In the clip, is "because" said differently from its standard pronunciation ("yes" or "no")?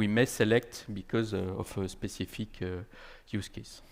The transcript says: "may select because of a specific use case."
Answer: no